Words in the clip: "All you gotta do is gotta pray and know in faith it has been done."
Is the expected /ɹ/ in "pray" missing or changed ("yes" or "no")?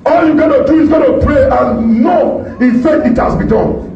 no